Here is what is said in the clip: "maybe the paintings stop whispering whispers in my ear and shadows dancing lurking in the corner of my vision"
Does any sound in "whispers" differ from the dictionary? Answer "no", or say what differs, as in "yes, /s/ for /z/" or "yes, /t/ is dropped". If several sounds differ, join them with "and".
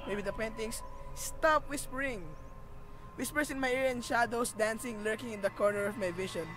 yes, /s/ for /z/